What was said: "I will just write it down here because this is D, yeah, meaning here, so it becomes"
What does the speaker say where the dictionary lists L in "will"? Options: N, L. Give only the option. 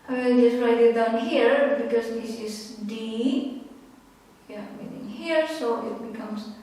N